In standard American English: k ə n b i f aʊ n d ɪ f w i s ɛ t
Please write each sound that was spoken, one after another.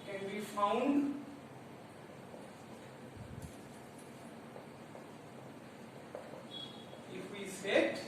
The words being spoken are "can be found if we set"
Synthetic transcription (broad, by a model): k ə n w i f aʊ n ɪ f w i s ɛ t